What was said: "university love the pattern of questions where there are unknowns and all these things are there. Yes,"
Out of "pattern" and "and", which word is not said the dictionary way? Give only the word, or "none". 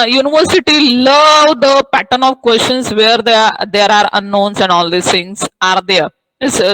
none